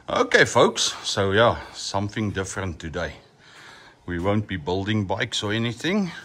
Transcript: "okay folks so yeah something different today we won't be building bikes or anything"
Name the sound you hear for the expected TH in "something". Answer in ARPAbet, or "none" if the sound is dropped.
TH